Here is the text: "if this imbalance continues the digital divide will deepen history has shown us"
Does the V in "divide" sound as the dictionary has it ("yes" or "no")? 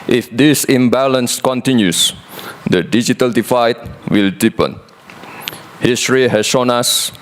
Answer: no